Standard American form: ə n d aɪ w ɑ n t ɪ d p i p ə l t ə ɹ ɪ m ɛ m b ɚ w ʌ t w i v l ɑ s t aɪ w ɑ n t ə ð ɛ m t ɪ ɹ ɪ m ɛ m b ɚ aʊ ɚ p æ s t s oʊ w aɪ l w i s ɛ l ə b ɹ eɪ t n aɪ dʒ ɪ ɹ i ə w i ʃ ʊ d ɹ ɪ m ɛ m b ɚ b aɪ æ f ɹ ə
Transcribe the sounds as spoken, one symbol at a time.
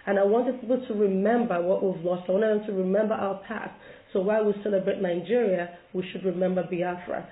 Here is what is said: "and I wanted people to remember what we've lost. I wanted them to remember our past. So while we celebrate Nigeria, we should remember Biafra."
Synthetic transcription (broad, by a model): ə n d aɪ w ɑ n t ɪ d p i p l t ə ɹ ɪ m ɛ m b ɚ w ʌ t w i v l ɑ s t aɪ w ɑ n t ə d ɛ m t ɪ ɹ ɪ m ɛ m b ɚ aʊ ɚ p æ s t s oʊ w aɪ l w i s ɛ l ə b ɹ eɪ t n aɪ dʒ ɪ ɹ i ə w i ʃ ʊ d ɹ ɪ m ɛ m b ɚ b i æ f ɹ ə